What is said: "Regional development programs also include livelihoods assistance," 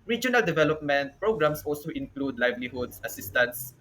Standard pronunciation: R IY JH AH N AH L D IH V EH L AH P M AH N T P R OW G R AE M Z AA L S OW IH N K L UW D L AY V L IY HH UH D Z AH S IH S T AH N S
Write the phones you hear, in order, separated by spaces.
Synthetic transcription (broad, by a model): R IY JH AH N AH L D IH V EH L AH P M AH N T P R OW G R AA M S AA L S OW IH N K L UW D L AY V L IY HH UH D S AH S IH S T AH N S